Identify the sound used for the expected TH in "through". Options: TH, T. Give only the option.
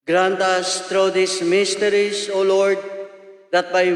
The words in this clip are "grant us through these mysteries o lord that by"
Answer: T